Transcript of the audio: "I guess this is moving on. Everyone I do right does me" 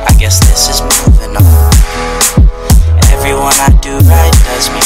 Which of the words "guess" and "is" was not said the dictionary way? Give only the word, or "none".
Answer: none